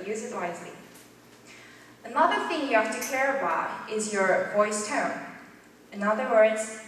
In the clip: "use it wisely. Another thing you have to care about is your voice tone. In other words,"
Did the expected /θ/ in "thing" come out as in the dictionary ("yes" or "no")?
yes